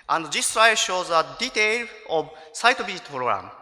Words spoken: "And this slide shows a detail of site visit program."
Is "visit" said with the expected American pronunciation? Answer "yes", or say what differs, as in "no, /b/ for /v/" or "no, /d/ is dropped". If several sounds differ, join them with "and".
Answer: no, /b/ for /v/